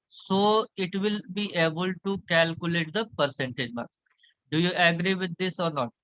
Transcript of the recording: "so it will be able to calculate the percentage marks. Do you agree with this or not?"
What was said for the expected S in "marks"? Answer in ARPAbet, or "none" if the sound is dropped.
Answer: none